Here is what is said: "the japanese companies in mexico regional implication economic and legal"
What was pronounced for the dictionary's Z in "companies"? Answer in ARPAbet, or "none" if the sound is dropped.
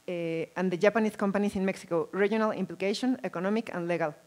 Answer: S